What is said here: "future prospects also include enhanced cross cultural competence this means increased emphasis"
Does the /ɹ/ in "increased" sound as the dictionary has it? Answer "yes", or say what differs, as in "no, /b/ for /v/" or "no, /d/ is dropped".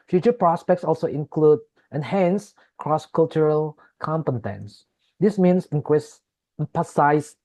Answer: no, /ɹ/ is dropped